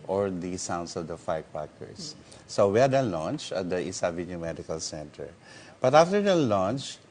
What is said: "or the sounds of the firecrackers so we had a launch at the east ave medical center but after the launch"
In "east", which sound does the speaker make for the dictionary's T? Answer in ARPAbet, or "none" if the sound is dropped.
none